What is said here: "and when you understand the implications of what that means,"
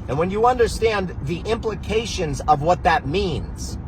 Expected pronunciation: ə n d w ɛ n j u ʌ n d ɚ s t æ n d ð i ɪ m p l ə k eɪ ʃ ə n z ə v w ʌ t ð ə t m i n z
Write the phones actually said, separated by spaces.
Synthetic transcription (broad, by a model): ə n w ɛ n j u ʌ n d ɚ s t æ n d ð i ɪ m p l ə k eɪ ʃ ə n z ə v w ʌ t ð ə t m i n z